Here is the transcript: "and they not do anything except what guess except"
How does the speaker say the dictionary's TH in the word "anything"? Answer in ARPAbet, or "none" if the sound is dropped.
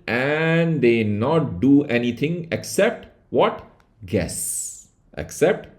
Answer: T